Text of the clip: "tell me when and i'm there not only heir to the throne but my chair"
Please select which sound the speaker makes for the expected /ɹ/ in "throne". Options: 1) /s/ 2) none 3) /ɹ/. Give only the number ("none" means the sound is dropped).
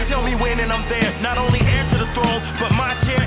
2